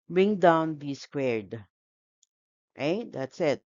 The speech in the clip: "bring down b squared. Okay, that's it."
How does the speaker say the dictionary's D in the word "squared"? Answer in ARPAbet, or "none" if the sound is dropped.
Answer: D